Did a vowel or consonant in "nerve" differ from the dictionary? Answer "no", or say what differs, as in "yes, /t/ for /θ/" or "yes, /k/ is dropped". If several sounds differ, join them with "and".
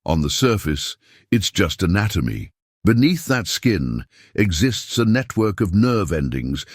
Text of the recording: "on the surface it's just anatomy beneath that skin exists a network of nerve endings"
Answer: no